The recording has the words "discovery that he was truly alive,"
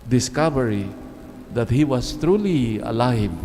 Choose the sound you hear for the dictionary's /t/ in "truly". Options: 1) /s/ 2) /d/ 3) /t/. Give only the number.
3